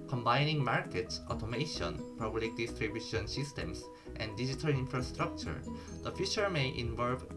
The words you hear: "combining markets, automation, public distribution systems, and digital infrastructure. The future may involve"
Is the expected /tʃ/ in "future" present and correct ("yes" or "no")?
no